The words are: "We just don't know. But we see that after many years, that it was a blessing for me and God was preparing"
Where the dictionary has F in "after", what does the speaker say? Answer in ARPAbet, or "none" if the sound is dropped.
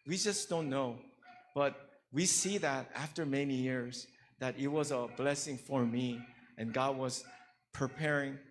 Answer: F